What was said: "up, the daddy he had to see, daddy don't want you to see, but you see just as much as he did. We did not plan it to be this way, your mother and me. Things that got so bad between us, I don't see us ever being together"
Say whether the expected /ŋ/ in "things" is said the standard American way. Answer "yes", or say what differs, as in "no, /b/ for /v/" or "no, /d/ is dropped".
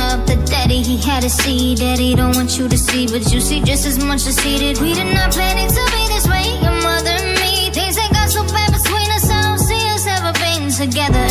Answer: no, /ŋ/ is dropped